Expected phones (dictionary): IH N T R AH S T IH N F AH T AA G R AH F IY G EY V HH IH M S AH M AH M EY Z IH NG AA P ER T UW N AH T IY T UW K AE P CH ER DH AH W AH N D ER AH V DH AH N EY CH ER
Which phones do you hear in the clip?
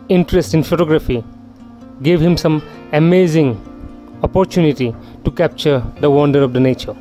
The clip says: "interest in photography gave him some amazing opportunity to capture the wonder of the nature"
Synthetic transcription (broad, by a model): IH N T R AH S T IH N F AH T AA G R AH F IY G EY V HH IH M S AH M AH M EY Z IH NG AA P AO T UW N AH T IY T UW K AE P CH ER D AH W AH N D ER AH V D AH N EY CH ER